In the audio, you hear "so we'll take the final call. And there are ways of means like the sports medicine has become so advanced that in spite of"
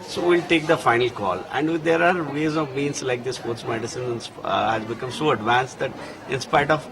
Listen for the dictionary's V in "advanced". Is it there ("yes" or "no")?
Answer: yes